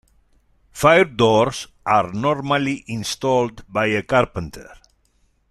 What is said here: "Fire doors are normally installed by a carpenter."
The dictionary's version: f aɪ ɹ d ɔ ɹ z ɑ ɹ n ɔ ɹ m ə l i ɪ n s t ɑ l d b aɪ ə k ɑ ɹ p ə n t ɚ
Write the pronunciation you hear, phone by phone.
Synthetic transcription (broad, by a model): f aɪ ɹ d ɔ ɹ s ɑ ɹ n ɔ ɹ m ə l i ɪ n s t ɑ l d b aɪ ə k ɑ ɹ p ə n t ɚ